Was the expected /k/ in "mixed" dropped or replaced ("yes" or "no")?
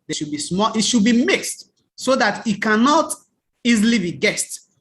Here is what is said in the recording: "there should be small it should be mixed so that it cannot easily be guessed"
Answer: no